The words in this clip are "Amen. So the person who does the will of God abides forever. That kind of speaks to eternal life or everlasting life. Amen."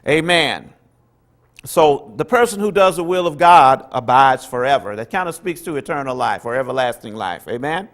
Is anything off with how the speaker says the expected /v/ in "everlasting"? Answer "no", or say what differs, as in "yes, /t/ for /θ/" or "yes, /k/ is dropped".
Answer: no